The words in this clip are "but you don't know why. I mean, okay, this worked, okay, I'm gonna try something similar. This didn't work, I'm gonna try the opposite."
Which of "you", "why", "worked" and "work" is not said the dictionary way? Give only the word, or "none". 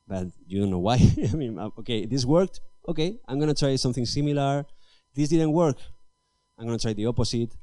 none